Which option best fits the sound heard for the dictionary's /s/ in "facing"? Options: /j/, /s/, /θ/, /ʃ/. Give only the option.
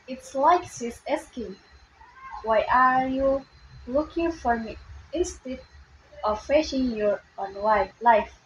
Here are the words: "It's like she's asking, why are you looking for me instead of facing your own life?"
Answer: /ʃ/